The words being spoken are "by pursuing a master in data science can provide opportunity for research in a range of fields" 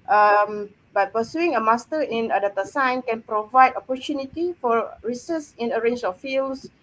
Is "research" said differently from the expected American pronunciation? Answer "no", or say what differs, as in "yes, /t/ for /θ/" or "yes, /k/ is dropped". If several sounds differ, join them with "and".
yes, /s/ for /tʃ/